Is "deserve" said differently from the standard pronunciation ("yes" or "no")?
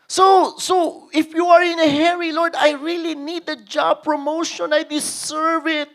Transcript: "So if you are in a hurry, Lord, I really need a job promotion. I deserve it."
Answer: yes